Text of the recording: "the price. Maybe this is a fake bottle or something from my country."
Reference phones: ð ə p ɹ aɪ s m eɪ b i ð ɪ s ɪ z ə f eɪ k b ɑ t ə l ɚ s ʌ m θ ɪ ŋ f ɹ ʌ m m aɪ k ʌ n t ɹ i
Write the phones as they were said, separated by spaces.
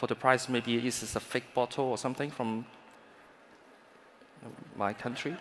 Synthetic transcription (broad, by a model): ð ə p ɹ aɪ s m eɪ b i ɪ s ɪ s ə f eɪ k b ɑ t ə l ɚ s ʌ m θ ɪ ŋ f ɹ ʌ m m aɪ k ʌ n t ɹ i